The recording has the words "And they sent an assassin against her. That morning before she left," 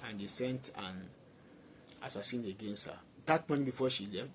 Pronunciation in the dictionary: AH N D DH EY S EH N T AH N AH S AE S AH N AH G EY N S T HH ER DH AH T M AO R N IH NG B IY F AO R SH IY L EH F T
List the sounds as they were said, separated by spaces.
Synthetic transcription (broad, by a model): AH N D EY S EH N T AH N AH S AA S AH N AH G EY N S T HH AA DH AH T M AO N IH B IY F AO SH IY L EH F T